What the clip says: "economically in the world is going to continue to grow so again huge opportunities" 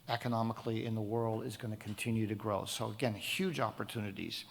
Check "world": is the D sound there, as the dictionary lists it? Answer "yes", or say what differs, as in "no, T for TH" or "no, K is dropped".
yes